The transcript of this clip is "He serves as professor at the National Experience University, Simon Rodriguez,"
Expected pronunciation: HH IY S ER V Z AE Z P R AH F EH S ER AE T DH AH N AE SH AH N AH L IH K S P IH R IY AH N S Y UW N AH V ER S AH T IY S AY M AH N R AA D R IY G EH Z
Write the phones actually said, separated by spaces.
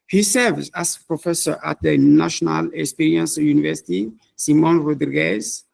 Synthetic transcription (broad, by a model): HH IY S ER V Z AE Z P R AH F EH S ER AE T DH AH N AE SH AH N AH L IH K S P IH R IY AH N S Y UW N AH V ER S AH T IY S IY M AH N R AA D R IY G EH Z